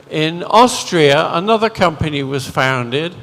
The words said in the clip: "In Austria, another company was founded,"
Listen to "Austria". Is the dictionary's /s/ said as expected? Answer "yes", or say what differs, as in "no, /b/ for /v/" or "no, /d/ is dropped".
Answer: yes